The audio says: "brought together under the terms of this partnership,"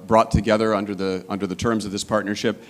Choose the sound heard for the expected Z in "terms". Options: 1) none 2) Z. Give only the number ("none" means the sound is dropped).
2